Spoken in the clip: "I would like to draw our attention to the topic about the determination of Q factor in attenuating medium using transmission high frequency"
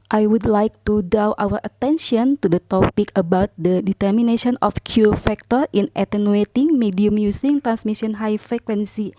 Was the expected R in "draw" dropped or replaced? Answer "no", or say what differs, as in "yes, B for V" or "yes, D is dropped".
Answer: yes, R is dropped